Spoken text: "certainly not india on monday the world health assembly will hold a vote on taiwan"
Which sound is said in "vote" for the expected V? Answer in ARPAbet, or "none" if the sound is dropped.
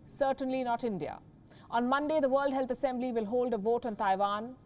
V